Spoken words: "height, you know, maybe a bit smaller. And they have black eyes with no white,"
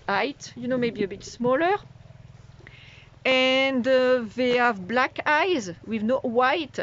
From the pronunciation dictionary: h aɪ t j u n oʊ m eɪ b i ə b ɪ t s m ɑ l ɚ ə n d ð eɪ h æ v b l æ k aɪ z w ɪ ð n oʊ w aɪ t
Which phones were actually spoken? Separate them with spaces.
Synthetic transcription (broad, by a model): aɪ t j u n oʊ m eɪ b i ə b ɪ t s m ɑ l ɚ ə n d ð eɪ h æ v b l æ k aɪ z w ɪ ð n oʊ w aɪ t